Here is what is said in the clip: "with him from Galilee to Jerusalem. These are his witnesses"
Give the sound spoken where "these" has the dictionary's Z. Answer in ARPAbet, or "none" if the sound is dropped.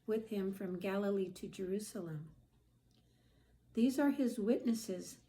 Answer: Z